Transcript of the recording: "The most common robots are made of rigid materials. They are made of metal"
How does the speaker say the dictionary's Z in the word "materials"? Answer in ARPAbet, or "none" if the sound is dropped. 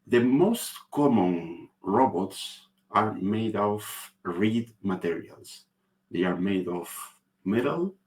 S